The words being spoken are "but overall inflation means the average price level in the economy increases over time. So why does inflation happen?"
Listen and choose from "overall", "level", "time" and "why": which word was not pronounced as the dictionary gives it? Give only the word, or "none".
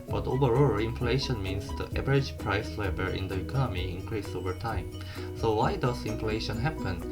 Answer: level